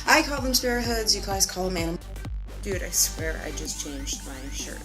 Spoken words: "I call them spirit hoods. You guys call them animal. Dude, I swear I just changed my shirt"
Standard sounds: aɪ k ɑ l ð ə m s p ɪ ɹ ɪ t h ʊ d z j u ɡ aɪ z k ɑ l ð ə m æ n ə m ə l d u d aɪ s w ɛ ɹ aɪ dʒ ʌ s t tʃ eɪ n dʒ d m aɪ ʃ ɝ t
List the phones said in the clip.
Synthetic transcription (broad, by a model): aɪ k ɑ l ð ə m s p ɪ ɹ h ʊ d z j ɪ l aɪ s k ɑ l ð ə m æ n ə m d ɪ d aɪ s w ɛ ɹ aɪ dʒ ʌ s tʃ eɪ n dʒ d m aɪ ʃ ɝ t